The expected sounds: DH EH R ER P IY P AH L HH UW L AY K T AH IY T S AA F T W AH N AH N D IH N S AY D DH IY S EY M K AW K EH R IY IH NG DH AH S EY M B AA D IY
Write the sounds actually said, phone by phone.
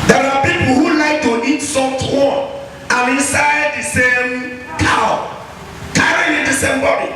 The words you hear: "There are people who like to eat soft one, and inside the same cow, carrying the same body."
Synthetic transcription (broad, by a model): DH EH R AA P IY P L HH UW L AY K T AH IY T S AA T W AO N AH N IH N S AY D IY S EY M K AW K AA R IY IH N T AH S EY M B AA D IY